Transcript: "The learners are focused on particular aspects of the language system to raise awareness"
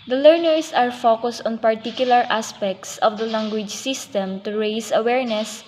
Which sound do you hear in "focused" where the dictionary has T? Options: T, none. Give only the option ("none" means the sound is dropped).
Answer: T